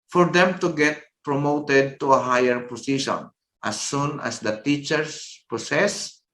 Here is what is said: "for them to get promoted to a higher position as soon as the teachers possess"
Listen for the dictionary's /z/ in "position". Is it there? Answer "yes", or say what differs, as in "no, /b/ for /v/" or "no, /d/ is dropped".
no, /s/ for /z/